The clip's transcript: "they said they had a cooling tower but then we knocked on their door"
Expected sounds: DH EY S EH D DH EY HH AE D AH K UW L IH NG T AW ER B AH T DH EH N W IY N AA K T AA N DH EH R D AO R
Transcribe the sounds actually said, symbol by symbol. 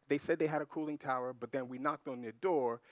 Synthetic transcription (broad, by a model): DH EY S EH D DH EY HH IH D AH K UW L IH NG T AW ER B AH T DH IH N W IY N AA K T N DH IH D AO R